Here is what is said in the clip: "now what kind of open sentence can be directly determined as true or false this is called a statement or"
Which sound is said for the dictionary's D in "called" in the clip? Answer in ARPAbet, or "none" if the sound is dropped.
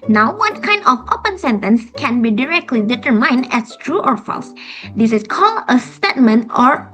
none